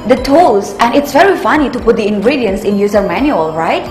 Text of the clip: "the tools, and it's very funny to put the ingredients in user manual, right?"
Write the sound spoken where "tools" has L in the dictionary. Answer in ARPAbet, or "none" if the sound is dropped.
none